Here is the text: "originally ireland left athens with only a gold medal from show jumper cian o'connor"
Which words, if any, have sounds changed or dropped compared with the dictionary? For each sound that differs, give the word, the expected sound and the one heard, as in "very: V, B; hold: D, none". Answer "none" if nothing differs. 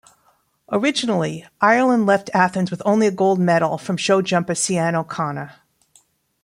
cian: SH, S